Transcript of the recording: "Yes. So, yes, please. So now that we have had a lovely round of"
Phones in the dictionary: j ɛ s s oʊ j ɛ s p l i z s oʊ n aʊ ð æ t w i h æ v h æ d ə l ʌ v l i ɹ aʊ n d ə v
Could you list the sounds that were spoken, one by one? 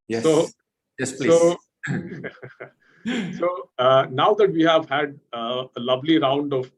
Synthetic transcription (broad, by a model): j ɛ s s oʊ j ɛ s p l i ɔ s oʊ n aʊ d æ t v i h æ v h æ d ə l ʌ v l i ɹ aʊ n d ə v